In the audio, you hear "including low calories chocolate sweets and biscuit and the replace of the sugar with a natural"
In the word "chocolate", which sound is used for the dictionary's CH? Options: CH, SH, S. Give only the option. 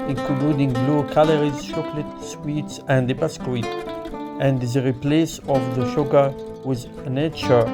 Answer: SH